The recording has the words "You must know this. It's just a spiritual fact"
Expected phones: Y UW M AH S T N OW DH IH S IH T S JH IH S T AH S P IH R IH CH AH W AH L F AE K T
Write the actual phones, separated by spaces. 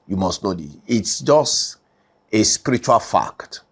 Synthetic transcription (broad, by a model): Y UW M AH S T N OW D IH IH T S JH IH S T AH S P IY R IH CH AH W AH L F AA K T